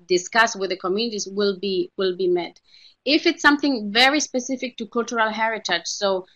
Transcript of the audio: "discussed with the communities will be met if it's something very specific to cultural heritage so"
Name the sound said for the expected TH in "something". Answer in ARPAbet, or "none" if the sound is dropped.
TH